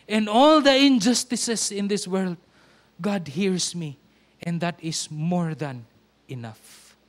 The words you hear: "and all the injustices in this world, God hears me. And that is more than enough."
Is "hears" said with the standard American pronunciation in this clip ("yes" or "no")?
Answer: no